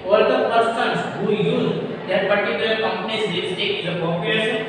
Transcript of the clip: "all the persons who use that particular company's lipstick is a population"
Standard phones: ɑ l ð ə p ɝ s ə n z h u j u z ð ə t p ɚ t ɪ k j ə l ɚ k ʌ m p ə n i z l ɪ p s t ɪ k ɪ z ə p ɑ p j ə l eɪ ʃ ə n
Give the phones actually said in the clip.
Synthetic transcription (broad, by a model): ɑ l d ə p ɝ s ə n s h u j u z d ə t p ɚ t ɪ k j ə l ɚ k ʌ m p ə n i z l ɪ s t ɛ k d ə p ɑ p j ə l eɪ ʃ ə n